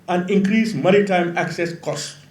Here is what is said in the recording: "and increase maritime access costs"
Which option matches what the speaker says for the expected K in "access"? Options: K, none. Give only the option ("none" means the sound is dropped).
K